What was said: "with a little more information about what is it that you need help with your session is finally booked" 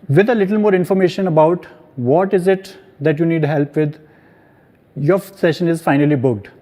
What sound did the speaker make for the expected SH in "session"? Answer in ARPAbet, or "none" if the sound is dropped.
SH